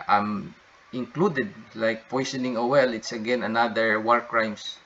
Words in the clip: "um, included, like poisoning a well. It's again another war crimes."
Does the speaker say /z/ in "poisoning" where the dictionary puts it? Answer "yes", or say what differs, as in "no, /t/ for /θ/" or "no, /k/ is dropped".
no, /s/ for /z/